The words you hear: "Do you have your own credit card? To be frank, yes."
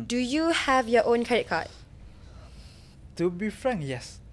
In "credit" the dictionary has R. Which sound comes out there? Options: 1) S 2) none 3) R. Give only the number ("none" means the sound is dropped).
2